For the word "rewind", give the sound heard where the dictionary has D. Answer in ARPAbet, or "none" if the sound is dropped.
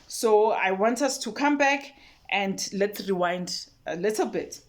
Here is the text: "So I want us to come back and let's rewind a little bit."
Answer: D